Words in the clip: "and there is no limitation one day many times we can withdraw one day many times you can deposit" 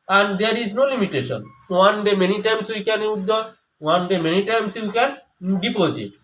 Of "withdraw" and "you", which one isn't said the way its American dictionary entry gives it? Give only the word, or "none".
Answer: withdraw